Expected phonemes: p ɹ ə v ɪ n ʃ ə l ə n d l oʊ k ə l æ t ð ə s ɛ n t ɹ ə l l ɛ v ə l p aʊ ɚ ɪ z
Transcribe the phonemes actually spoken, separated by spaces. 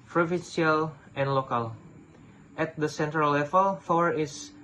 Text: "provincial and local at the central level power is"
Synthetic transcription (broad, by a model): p ɹ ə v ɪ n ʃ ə l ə n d l oʊ k ə l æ t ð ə s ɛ n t ɹ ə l l ɛ v ə l f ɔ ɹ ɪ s